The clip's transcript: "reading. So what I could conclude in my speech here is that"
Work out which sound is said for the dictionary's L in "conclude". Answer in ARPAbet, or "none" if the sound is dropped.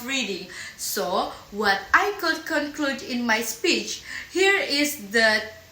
L